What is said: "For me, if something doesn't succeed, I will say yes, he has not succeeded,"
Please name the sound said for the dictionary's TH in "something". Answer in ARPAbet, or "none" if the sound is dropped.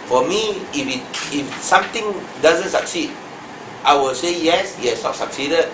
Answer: T